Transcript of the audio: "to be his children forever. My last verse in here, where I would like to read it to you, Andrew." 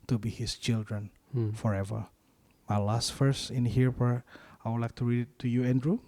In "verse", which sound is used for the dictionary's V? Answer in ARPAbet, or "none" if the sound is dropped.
F